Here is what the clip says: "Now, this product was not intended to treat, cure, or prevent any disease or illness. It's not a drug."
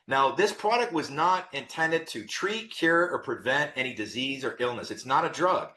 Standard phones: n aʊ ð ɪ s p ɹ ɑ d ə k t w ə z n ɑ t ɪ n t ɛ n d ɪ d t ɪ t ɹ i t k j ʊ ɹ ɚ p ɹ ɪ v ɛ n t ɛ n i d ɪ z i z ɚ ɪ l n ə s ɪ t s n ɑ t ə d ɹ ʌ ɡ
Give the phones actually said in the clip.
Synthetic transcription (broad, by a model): n aʊ ð ɪ s p ɹ ɑ d ə k t w ə z n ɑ t ɪ n t ɛ n d ɪ d t ɪ t ɹ i t k j ʊ ɹ ɚ p ɹ ɪ v ɛ n t ɛ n i d ɪ z i z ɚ ɪ l n ə s ɪ t s n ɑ t ə d ɹ ʌ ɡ